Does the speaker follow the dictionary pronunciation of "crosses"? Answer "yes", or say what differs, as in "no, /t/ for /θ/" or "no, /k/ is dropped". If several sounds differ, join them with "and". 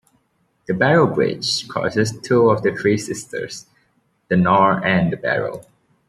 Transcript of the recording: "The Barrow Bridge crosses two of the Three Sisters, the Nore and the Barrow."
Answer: no, /ɹ/ is dropped